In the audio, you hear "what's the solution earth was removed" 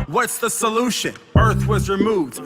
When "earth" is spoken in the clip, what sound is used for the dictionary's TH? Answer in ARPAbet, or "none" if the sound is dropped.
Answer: TH